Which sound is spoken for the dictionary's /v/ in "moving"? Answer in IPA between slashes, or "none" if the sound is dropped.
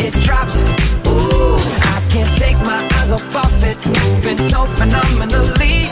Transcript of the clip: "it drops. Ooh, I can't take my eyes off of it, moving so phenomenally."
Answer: /b/